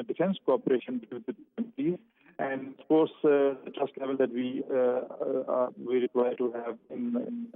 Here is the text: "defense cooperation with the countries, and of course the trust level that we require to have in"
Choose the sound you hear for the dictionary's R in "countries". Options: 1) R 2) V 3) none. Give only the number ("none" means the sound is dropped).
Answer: 3